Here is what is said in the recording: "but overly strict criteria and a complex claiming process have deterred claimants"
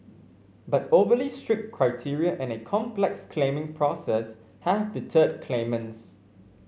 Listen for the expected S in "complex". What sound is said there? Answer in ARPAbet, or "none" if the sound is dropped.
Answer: S